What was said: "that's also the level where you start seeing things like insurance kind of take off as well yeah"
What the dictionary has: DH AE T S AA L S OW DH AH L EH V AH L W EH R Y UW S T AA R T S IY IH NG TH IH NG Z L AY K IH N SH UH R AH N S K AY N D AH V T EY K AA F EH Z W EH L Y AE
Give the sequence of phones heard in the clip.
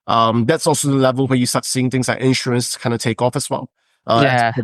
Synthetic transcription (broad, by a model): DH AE T S AA L S OW DH AH L EH V AH L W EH Y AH S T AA T S IY IH NG TH IH NG Z L AY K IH N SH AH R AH N S K AY N D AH T EY K AA F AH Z W EH L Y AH